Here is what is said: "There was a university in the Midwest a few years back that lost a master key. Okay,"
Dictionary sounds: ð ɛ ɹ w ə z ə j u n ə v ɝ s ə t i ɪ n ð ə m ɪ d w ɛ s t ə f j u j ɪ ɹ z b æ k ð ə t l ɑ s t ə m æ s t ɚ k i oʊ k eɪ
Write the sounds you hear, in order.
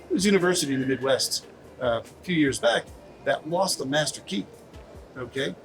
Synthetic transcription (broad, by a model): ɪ w ə z j u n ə v ɝ s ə t i ɪ n ð ə m ɪ d w ɛ s t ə f j u j ɪ ɹ z b æ k ð ə t l ɑ s t ə m æ s t ɚ k i oʊ k eɪ